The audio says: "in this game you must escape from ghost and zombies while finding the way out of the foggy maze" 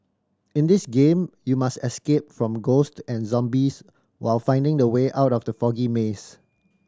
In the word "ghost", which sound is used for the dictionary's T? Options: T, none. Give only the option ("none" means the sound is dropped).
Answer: T